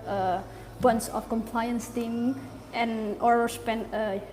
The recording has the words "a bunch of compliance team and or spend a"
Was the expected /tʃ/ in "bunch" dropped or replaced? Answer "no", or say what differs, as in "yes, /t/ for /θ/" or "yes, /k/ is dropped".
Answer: yes, /s/ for /tʃ/